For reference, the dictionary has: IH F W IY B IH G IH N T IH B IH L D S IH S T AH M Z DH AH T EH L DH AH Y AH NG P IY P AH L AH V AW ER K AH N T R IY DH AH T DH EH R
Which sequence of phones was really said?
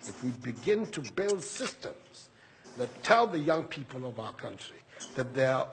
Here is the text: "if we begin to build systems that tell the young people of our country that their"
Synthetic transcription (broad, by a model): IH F W IY B IH G IH N T IH B IH L D S IH S T AH M Z DH AH T EH L DH AH Y AH NG P IY P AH L AH V AW ER K AH N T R IY DH AH T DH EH R